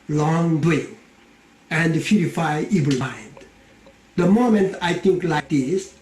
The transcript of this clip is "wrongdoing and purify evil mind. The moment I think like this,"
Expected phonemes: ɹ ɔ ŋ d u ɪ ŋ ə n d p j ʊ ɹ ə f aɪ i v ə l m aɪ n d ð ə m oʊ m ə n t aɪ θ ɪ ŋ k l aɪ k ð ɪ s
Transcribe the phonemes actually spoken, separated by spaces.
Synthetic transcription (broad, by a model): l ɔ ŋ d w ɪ ə n d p j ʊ ɹ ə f aɪ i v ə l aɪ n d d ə m oʊ m ə n t aɪ t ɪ ŋ k l aɪ k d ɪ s